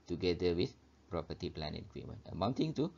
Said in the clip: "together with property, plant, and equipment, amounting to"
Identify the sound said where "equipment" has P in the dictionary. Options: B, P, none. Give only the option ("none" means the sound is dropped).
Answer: none